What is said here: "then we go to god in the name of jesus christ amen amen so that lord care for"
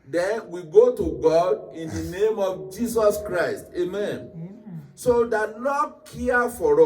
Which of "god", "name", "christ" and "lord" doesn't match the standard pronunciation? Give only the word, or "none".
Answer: lord